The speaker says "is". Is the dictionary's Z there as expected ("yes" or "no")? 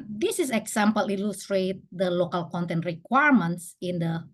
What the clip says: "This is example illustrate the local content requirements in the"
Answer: no